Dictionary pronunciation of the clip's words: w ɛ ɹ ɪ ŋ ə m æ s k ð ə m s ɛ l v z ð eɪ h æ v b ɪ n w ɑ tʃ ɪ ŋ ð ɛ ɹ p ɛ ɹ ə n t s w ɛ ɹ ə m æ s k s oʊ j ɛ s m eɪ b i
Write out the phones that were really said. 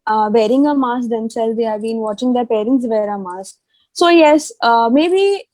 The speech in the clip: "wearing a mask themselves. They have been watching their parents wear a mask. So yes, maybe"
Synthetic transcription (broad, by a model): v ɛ ɹ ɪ ŋ ə m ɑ s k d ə m s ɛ l z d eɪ h æ v b ɪ n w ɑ tʃ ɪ ŋ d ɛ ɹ p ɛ ɹ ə n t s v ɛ ɹ ə m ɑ s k s oʊ j ɛ s m eɪ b i